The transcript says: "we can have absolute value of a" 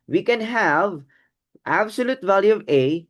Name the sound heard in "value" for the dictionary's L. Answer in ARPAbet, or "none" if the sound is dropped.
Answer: L